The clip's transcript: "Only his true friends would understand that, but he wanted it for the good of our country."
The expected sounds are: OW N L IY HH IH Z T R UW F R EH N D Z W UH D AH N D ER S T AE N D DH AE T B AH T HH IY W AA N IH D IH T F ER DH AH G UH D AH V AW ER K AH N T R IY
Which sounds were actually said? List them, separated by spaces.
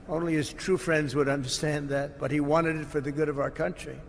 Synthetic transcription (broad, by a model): OW N L IY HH IH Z T R UW F R EH N D Z W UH D AH N D ER S T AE N DH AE T B AH T HH IY W AA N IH D IH T F ER DH AH G UH D AH V AW ER K AH N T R IY